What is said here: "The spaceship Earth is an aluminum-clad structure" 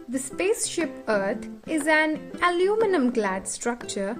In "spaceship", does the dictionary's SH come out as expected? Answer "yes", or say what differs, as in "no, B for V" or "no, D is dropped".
yes